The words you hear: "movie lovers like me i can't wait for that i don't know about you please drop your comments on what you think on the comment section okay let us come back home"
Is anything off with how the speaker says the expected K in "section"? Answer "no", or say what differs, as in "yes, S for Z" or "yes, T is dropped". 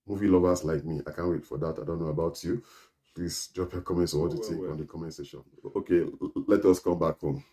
yes, K is dropped